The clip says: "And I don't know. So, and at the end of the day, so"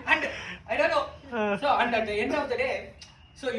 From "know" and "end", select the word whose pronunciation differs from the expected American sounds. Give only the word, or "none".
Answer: end